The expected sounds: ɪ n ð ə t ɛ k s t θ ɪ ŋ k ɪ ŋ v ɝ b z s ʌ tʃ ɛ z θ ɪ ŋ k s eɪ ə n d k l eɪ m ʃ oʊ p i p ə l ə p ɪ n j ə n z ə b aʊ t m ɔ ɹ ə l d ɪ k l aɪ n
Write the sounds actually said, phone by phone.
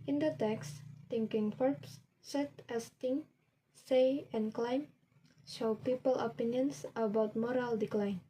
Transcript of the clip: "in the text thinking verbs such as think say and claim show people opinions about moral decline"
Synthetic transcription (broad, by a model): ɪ n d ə t ɛ k s t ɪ ŋ k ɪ ŋ f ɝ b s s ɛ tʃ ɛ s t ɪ ŋ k s eɪ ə n k l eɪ m ʃ oʊ p i p ə l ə p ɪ n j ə n s ə b aʊ t m ɔ ɹ ə l d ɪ k l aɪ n